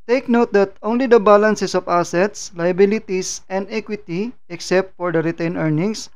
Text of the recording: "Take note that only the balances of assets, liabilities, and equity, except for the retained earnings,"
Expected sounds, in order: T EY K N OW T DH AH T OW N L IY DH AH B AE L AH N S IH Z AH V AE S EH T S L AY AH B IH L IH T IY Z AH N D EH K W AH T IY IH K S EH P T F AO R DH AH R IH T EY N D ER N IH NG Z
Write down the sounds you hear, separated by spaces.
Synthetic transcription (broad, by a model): T EY K N OW T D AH T OW N L IY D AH B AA L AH N S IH S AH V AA S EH T S L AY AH B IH L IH T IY S AH N D EH K W AH T IY IH K S EH P T F AO R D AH R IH T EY N ER N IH NG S